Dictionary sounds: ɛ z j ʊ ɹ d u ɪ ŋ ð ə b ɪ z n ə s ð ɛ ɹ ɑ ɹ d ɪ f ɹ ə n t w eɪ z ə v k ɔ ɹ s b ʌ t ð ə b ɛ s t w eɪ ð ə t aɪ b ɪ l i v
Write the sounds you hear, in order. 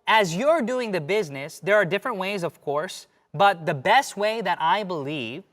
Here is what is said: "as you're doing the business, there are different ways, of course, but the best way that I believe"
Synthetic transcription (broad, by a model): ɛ z j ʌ ɹ d u ɪ ŋ ð ə b ɪ z n ə s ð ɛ ɹ ɑ ɹ d ɪ f ɹ ə n t w eɪ z ə v k ɔ ɹ s b ʌ t ð ə b ɛ s t w eɪ ð ə t aɪ b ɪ l i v